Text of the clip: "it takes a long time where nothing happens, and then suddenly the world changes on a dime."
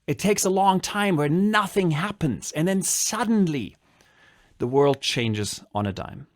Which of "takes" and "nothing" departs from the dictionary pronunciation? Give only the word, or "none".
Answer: none